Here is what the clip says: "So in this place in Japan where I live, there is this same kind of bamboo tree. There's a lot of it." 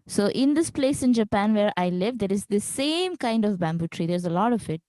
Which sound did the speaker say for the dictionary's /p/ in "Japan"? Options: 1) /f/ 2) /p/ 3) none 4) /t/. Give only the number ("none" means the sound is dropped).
2